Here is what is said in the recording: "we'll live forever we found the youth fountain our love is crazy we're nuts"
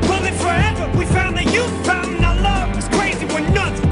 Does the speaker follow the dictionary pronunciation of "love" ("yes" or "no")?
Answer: no